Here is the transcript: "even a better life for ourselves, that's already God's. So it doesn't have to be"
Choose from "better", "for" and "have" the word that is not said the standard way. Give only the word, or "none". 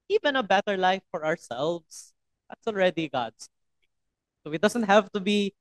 none